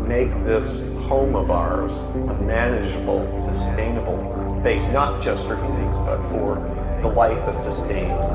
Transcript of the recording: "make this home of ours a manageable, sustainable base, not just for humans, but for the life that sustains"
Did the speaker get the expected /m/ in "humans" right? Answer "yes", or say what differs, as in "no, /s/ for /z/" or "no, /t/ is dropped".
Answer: no, /m/ is dropped